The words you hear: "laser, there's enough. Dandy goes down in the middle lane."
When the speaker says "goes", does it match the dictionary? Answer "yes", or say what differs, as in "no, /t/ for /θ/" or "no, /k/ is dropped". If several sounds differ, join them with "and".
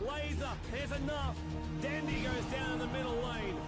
yes